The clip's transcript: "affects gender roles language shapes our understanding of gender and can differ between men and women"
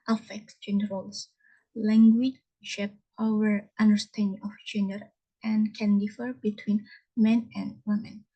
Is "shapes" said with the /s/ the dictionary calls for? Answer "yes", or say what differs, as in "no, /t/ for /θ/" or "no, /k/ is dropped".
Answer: no, /s/ is dropped